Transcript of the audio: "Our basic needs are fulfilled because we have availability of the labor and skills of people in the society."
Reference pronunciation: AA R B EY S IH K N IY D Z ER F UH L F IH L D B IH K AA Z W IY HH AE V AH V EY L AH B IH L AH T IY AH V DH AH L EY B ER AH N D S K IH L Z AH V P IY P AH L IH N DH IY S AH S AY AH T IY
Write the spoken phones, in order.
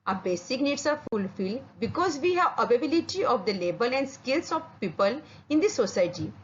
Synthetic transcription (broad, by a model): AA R B EY S IH K N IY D S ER F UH L F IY L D B IH K AA Z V IY HH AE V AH B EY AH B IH L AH T IY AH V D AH L EY B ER AH N D S K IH L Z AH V P IY P AH L IH N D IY S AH S AY T IY